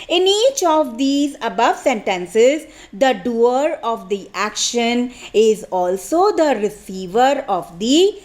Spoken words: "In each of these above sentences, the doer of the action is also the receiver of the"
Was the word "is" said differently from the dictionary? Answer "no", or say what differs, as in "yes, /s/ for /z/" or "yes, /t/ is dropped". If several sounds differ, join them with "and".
no